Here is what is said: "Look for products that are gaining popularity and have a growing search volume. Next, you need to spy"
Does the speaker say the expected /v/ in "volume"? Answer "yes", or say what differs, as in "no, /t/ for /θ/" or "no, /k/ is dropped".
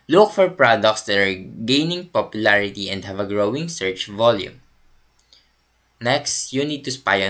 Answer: yes